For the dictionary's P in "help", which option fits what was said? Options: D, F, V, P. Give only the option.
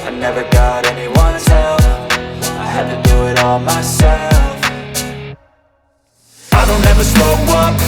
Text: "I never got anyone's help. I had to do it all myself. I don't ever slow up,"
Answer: F